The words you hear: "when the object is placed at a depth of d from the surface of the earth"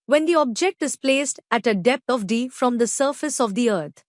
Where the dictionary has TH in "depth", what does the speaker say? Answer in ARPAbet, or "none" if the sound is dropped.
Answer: T